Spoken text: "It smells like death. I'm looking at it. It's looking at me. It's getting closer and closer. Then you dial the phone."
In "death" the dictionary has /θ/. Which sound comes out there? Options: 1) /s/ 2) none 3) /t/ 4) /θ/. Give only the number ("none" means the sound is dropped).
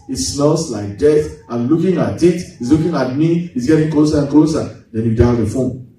3